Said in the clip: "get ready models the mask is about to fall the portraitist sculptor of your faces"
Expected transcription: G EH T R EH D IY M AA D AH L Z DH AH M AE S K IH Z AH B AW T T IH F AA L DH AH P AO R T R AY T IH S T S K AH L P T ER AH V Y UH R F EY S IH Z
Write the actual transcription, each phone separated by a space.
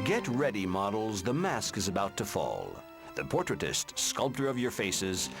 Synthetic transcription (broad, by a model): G EH T R EH D IY M AA D L Z DH AH M AE S K IH Z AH B AW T T IH F AA L DH AH P AO R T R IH T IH S T S K AH L P T ER AH V Y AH R F EY S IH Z